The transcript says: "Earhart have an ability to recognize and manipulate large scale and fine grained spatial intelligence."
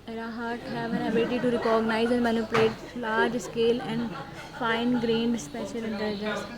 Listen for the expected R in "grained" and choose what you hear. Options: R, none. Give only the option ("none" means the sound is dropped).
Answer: R